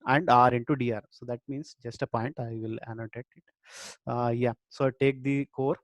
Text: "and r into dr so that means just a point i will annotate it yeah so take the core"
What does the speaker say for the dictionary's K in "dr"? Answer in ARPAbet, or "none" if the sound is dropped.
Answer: none